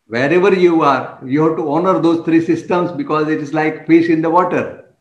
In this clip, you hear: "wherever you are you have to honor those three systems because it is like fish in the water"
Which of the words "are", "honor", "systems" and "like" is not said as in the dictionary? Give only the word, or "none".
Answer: systems